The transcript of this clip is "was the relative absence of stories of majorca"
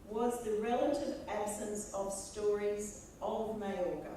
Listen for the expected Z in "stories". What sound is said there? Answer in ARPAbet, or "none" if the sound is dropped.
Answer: Z